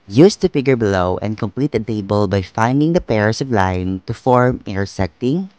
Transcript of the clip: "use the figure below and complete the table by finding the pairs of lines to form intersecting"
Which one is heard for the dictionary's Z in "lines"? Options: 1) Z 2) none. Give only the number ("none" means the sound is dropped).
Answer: 2